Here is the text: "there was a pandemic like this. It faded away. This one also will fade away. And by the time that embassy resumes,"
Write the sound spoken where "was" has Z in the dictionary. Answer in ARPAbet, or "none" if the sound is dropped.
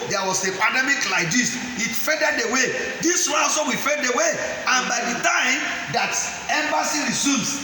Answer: S